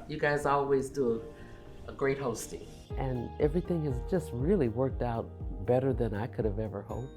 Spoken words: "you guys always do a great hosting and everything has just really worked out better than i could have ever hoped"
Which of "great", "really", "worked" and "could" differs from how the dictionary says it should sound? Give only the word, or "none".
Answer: none